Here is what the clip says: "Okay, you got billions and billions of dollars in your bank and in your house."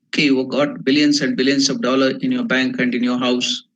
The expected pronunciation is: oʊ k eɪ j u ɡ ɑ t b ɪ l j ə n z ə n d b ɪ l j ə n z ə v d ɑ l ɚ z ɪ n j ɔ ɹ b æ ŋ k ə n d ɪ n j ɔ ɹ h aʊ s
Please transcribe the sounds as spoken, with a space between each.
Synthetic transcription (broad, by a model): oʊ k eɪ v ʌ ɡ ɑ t b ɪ l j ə n s ə n d b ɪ l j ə n s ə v d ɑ l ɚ ɪ n j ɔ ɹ b æ ŋ k ə n d ɪ n j ɔ ɹ h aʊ s